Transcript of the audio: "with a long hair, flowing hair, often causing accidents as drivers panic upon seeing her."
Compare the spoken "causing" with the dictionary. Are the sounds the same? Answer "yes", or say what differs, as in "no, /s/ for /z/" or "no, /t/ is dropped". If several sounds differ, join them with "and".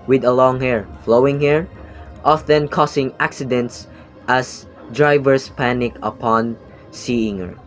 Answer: no, /s/ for /z/